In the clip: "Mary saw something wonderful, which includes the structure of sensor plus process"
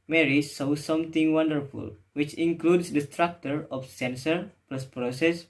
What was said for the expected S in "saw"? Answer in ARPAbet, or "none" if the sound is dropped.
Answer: S